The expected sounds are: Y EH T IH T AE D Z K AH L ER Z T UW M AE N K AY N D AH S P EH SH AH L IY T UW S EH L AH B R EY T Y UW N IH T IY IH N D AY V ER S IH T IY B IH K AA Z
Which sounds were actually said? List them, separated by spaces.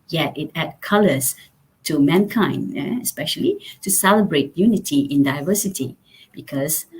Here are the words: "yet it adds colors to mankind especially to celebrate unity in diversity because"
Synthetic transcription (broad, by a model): Y EH T IH T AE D K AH L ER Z T UW M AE N K AY N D AH S P EH SH AH L IY T UW S EH L AH B R EY T Y UW N IH T IY IH N D AY V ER S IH T IY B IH K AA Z